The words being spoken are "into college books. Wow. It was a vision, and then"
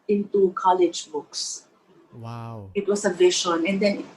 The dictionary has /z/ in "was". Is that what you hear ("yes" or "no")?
no